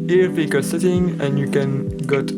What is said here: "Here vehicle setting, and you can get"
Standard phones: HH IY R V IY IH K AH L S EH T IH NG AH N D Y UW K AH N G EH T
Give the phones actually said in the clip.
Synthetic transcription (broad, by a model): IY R P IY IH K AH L S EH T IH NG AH N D Y UW K AH N G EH T